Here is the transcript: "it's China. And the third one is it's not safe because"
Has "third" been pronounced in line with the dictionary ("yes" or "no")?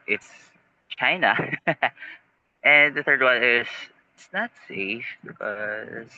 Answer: yes